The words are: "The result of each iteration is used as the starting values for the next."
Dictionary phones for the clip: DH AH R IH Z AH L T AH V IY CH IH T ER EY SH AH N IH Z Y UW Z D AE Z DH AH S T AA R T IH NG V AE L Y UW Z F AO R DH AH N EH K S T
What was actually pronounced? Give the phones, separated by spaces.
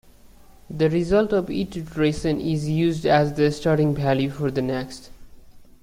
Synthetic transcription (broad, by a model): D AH R IH Z AH L T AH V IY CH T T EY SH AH N IH Z Y UW Z D AE Z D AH S T AA R T IH NG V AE L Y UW F AO R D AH N EH K S T